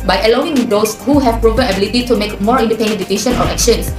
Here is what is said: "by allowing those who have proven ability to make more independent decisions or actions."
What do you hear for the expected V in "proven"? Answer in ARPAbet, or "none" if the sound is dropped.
P